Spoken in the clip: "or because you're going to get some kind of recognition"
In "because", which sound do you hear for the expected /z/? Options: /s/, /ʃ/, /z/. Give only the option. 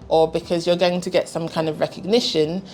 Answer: /z/